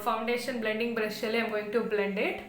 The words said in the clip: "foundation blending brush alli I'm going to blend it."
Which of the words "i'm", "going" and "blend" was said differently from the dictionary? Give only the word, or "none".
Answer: none